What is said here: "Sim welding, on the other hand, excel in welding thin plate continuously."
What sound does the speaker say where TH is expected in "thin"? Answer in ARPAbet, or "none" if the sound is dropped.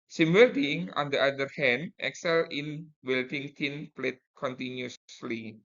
T